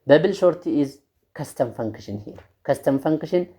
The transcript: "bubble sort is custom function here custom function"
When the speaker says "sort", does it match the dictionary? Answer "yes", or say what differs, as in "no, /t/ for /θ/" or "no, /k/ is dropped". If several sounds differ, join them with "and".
no, /ʃ/ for /s/